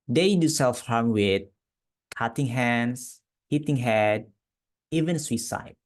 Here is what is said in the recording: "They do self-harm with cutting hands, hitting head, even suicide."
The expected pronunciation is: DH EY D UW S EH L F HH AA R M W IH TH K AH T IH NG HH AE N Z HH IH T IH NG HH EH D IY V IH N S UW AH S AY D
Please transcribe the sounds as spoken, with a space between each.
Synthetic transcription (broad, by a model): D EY D UW S EH L F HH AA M W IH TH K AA T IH NG HH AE N S HH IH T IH NG HH EH D IY V IH N S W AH S AY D